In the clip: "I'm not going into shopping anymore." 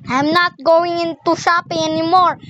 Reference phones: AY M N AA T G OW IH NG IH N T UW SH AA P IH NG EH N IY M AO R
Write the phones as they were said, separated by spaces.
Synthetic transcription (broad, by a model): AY M N AA T G OW IH NG IH N T UW S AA P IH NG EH N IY M AO R